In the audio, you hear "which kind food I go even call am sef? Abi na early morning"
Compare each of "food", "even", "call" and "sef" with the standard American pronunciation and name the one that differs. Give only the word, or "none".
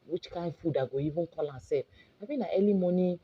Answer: sef